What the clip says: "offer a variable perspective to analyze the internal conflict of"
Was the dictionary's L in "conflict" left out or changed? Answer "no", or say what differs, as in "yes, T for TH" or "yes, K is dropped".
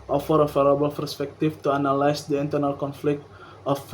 no